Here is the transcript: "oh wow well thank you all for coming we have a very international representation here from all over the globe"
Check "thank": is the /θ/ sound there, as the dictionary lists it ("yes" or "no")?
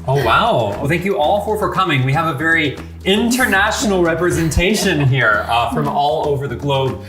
yes